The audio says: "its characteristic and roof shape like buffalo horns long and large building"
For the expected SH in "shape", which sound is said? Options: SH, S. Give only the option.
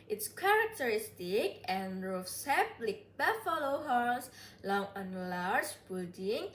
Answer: S